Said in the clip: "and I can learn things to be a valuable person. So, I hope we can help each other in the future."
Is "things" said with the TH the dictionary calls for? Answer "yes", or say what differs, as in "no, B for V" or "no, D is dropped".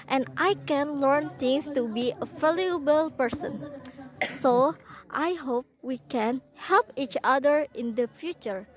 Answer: no, T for TH